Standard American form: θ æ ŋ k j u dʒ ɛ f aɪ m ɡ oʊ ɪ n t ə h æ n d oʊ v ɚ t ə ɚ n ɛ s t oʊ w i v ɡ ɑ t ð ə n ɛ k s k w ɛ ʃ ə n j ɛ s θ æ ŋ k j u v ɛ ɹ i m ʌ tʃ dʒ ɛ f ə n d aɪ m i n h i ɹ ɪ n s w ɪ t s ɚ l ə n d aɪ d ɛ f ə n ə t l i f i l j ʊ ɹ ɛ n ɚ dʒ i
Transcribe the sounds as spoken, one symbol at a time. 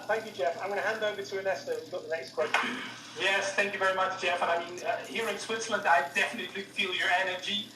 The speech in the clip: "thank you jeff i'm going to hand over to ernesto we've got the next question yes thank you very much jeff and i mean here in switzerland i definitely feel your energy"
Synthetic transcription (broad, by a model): θ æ ŋ k j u dʒ ɛ f aɪ m ɡ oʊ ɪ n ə h æ n d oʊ v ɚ t ə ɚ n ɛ s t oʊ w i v ɡ ɑ t ð ə n ɛ k s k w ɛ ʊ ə j ɛ s θ æ ŋ k j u v ɛ ɹ i m ʌ tʃ dʒ ɛ f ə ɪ m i n h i ɹ ɪ n s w ɪ t s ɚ l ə n d aɪ d ɛ f ə n ə t l i f i l j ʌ ɹ ɛ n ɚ dʒ i